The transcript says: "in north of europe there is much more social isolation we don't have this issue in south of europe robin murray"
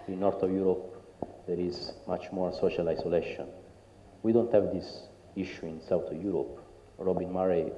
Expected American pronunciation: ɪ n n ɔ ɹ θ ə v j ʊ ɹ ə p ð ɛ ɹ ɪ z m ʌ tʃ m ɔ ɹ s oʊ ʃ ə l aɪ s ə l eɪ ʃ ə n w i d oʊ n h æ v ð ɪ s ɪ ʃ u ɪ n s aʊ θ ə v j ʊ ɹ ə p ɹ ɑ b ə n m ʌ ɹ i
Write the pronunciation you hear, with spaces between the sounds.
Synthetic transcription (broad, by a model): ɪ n n ɔ ɹ t ə v j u ɹ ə p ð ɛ ɹ ɪ z m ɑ tʃ m ɔ ɹ s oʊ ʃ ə l aɪ s ə l eɪ ʃ ə n w i d oʊ n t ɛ v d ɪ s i ʃ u ɪ n s aʊ t ə v j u ɹ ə p ɹ ɑ b ə n m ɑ ɹ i